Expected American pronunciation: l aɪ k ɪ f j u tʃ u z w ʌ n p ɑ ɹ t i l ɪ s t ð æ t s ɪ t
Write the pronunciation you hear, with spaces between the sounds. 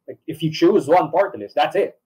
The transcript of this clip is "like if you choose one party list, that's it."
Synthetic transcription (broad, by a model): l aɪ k ɪ f j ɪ tʃ u z w ʌ n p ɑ ɹ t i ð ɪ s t ð æ t s ɪ t